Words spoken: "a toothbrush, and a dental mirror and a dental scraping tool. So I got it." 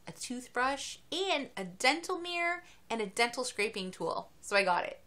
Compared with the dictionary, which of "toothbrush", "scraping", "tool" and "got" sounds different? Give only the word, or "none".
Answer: none